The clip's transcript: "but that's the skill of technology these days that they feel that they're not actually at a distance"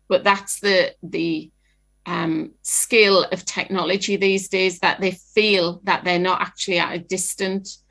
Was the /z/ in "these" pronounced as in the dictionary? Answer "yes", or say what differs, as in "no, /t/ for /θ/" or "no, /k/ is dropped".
yes